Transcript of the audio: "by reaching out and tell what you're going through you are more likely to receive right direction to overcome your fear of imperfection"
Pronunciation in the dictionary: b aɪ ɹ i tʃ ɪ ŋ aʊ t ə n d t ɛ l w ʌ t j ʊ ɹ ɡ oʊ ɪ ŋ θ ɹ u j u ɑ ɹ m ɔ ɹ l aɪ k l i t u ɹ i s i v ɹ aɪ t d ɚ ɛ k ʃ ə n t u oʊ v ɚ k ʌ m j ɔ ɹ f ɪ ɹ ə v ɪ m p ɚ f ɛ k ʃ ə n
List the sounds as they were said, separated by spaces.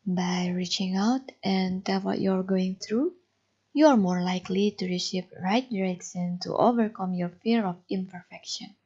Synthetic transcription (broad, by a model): b aɪ ɹ i tʃ ɪ ŋ aʊ t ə n t ɛ l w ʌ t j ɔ ɹ ɡ oʊ ɪ ŋ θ ɹ u j u ɑ ɹ m ɔ ɹ l aɪ k l i t u ɹ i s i p ɹ aɪ t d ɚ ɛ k s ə n t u oʊ v ɚ k ʌ m j ɔ ɹ f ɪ ɹ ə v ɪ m p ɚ f ɛ k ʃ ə n